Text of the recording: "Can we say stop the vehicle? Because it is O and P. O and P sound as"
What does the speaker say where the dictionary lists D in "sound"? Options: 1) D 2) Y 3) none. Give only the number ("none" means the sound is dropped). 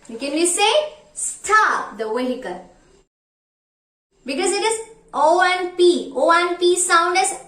1